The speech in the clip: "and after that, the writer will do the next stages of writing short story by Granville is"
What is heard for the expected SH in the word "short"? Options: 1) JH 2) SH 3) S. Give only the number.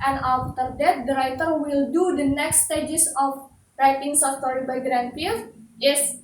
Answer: 3